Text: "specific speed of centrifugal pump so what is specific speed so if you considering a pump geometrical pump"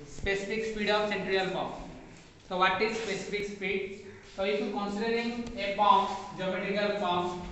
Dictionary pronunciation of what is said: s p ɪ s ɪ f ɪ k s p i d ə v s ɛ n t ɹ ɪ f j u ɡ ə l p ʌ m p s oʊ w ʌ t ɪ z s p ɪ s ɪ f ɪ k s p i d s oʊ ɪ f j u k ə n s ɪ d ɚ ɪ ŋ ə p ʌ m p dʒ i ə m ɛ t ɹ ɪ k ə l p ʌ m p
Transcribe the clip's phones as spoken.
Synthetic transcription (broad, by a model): s p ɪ s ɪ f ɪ k s p i d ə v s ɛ n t ɹ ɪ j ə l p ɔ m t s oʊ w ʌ t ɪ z s p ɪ s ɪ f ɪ k s p i d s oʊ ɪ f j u k ə n s ɪ d ɚ ɪ ŋ ə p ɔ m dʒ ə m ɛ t ɪ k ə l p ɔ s